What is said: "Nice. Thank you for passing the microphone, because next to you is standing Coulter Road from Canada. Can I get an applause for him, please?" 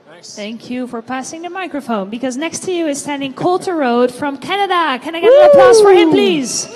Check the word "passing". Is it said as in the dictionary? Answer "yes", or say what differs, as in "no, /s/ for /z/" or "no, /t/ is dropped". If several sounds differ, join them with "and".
yes